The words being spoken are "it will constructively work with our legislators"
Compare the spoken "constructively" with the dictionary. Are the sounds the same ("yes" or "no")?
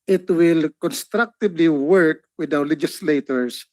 no